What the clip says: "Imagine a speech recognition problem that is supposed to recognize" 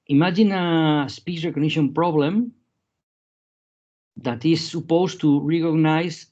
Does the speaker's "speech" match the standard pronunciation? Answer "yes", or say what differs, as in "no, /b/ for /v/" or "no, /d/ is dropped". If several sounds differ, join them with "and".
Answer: no, /s/ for /tʃ/